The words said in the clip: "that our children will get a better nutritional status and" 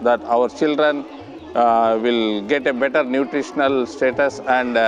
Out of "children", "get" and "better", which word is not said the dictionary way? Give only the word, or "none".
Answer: none